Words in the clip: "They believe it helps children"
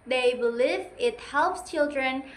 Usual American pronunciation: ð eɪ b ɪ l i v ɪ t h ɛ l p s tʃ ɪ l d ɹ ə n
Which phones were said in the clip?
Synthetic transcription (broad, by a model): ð eɪ b ɪ l i v ɪ t h ɛ l p s tʃ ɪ l d ɹ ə n